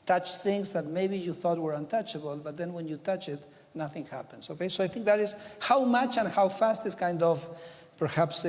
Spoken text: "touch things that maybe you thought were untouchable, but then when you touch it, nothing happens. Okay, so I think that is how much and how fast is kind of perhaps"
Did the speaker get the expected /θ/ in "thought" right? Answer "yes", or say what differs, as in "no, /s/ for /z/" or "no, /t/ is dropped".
yes